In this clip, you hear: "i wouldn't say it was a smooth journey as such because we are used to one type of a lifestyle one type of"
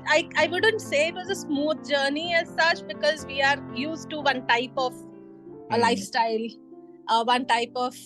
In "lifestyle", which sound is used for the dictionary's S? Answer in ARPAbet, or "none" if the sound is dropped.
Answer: S